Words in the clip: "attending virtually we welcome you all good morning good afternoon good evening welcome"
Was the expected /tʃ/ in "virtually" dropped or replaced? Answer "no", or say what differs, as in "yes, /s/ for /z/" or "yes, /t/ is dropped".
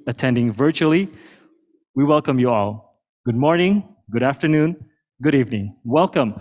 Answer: no